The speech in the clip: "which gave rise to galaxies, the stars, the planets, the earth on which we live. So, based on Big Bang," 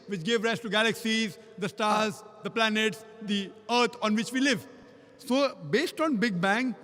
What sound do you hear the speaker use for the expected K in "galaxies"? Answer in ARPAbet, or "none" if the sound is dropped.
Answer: K